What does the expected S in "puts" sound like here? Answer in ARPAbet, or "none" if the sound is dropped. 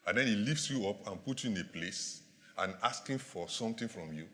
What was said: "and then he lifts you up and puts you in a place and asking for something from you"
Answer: none